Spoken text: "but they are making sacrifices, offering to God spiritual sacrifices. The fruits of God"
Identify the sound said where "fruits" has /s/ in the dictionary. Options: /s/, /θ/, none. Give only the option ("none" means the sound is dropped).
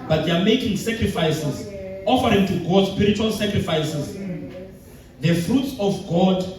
/s/